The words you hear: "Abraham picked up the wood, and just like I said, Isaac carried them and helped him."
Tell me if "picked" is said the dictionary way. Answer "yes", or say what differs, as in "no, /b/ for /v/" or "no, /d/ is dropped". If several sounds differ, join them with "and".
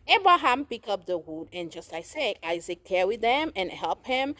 no, /t/ is dropped